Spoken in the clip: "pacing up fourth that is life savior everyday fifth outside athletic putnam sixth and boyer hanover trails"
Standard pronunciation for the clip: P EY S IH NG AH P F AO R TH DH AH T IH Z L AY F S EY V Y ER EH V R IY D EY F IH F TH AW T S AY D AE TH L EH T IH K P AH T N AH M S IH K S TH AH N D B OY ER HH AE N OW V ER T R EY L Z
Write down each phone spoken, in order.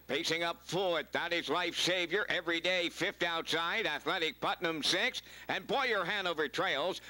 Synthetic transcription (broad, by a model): P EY S IH NG AH P F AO R T DH AH T IH Z L AY F S EY V Y ER EH V R IY D EY F IH F T AW T S AY D AE TH L EH T IH K P AH T N AH M S IH K S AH N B OY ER HH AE N OW V ER T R EY L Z